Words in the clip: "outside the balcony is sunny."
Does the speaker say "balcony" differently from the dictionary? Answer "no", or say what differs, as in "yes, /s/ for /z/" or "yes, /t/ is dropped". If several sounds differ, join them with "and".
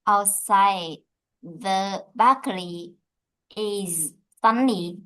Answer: yes, /l/ is dropped and /l/ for /n/